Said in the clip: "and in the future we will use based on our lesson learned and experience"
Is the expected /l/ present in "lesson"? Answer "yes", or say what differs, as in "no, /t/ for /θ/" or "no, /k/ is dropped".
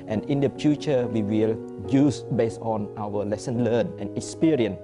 yes